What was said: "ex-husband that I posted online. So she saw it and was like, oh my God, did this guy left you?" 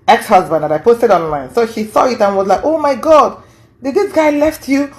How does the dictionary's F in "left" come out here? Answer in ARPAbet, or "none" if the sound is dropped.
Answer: F